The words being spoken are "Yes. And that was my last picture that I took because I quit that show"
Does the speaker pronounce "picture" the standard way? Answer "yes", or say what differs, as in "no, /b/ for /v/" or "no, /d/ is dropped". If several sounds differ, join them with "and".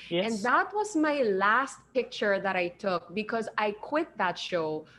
yes